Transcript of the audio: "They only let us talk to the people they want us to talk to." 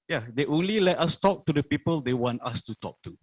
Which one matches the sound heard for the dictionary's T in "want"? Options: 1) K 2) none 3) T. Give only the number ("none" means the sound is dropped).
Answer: 3